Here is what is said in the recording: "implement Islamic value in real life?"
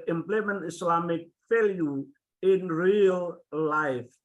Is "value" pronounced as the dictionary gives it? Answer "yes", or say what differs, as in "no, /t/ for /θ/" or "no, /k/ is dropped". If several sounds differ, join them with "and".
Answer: no, /f/ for /v/